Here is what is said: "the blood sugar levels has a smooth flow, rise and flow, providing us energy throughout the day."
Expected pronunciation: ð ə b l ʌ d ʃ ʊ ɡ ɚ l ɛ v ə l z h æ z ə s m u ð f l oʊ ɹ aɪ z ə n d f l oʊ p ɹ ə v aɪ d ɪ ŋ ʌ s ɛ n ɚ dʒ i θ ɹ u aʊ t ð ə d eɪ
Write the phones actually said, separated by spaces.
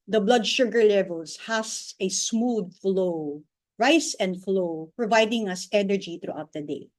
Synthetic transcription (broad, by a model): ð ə b l ʌ d ʃ ʊ ɡ ɚ l ɛ v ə l s h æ s ə s m u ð f l oʊ ɹ aɪ s ə n d f l oʊ p ɹ ə v aɪ d ɪ ŋ ʌ s ɛ n ɚ dʒ i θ ɹ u aʊ t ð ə d eɪ